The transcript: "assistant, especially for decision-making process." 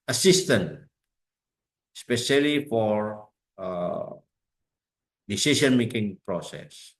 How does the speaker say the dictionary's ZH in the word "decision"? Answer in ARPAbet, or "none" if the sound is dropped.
S